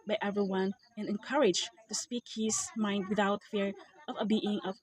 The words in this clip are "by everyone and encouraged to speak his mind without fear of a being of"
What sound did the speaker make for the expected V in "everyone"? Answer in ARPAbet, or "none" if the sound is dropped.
V